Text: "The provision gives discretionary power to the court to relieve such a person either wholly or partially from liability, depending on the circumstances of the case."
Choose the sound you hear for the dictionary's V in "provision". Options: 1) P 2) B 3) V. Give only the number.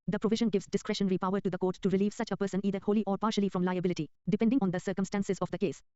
3